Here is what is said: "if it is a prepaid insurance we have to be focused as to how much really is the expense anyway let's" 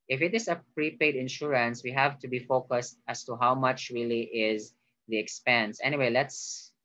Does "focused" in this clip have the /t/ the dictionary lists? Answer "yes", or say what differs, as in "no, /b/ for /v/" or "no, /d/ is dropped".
yes